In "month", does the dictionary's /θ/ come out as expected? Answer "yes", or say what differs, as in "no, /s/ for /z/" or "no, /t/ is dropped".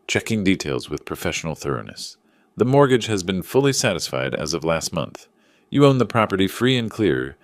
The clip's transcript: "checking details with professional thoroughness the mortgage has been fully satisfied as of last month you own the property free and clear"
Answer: yes